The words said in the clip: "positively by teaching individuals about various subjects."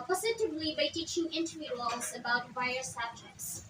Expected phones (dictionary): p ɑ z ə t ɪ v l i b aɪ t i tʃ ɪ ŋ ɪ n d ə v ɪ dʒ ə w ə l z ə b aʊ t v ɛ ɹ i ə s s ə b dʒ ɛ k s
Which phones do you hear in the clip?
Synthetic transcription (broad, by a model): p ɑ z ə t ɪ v l i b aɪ t i tʃ ɪ ŋ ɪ n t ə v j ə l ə z ə b aʊ t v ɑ i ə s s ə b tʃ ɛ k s